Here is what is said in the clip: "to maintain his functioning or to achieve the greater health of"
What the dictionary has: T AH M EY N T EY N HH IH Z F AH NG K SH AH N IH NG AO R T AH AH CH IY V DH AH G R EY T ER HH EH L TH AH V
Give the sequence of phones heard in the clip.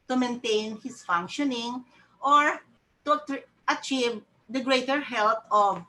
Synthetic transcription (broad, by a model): T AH M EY N T EY N HH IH S F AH NG K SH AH N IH NG AO R T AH AH CH IY V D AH G R EY T ER HH EH L T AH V